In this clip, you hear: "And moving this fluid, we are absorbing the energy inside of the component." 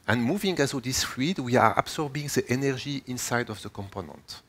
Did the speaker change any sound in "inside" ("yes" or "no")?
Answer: no